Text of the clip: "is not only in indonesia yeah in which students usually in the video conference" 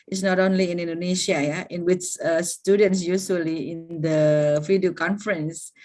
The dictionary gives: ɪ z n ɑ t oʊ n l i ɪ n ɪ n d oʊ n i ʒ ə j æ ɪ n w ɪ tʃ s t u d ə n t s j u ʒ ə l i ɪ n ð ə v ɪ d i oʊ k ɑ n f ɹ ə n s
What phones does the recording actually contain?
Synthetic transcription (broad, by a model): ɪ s n ɑ t oʊ n l i ɪ n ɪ n d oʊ n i ʃ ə j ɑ ɪ n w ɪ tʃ s t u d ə n t s j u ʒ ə l i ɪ n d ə f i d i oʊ k ɑ n f ɹ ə n s